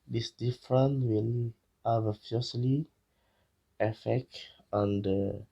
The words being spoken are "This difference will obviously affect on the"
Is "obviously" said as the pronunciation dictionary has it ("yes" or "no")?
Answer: no